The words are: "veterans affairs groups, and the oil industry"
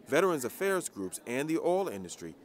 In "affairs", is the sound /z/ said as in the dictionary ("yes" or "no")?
yes